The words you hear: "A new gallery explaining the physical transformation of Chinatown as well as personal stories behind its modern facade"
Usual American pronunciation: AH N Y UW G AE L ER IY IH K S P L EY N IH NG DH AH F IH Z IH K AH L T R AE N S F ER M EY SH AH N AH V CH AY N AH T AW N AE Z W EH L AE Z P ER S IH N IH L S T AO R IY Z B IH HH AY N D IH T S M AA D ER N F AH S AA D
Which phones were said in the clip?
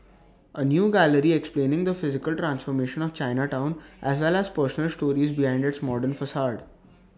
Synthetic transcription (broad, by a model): AH N Y UW G AE L ER IY IH K S P L EY N IH NG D AH F IH Z IH K AH L T R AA N S F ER M EY SH AH N AH V CH AY N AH T AW N AE Z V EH L AE Z P ER S IH N IH L S T AO R IY Z B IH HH AY N D IH T S M AA D ER N F AH S AA D